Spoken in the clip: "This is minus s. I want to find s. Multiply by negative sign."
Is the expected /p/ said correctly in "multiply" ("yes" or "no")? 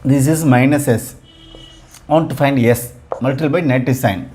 no